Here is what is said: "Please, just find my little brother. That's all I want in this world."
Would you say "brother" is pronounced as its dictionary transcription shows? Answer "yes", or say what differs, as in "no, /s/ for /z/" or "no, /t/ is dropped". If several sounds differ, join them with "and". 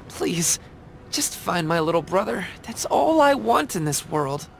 yes